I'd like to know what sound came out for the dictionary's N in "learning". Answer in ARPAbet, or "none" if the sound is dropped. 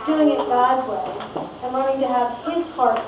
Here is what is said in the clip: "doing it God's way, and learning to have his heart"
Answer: none